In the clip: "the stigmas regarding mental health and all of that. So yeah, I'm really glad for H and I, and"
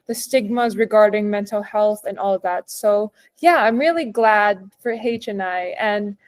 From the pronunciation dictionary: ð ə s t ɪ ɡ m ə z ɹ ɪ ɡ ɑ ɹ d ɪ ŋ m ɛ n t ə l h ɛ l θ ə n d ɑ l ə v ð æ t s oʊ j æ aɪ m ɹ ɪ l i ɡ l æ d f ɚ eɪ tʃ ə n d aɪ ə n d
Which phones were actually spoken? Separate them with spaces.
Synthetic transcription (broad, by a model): ð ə s t ɪ ɡ m ə z ɹ ɪ ɡ ɑ ɹ d ɪ ŋ m ɛ n t l h ɛ l θ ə n ɑ l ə v ð æ t s oʊ j æ aɪ m ɹ ɪ l i ɡ l æ d f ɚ eɪ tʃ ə n aɪ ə n